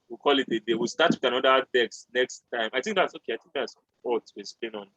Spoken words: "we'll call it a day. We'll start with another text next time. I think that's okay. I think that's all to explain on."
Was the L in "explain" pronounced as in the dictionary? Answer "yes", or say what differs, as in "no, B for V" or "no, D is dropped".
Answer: no, L is dropped